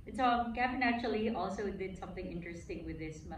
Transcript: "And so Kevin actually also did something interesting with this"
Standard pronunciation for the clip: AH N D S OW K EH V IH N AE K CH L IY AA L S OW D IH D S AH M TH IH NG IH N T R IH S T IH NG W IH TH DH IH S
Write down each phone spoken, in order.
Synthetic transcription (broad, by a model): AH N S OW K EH F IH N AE CH L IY AA L S OW D IH D S AH M TH IH NG IH N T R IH S T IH NG W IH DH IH S